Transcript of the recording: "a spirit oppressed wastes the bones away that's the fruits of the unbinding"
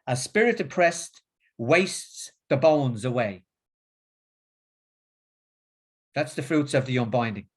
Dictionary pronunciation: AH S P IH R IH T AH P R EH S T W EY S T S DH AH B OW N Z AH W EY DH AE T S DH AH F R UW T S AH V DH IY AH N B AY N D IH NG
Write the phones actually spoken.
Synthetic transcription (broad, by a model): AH S P IH R IH T AH P R EH S T W EY S T S DH AH B OW N Z AH W EY DH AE T S DH AH F R UW T S AH V DH IY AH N B AY N D IH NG